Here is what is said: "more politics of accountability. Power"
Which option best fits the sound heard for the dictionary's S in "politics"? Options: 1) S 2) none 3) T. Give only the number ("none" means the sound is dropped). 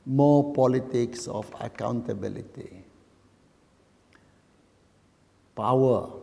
1